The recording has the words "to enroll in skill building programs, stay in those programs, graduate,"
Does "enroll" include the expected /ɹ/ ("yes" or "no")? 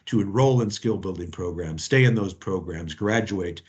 yes